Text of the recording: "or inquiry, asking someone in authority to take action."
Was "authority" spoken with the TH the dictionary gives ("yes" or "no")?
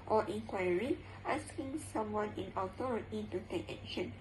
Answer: no